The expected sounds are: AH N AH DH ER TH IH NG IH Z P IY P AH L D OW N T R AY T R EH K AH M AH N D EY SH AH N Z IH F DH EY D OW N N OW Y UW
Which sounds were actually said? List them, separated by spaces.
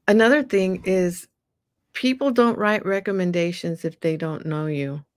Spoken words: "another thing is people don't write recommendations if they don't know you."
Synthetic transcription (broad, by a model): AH N AH DH ER TH IH NG IH Z P IY P L D OW N T R AY T R EH K AH M AH N D EY SH AH N Z IH F DH EY D OW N N OW Y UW